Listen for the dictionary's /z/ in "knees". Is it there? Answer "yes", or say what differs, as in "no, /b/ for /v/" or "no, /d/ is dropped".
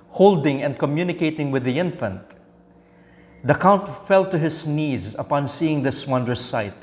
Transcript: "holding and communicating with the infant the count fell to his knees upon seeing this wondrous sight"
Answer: yes